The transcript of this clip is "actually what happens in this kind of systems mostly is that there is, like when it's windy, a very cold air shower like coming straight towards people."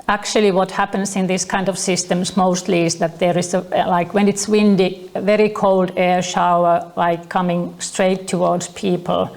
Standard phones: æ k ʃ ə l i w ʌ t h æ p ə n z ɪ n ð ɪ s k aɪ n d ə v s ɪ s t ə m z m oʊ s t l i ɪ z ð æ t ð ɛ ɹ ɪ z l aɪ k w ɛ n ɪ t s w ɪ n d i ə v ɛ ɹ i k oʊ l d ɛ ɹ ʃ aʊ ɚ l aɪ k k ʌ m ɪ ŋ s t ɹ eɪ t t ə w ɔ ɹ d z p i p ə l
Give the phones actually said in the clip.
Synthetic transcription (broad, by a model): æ k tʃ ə l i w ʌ t h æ p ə n s ɪ n ð ɪ s k aɪ n d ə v s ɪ s t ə m s m oʊ s t l i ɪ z ð æ t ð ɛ ɹ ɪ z l aɪ k w ɛ n ɪ t s w ɪ n d i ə v ɛ ɹ i k oʊ l d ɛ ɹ ʃ aʊ ɚ l aɪ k k ʌ m ɪ ŋ s t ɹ eɪ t t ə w ɔ ɹ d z p i p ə l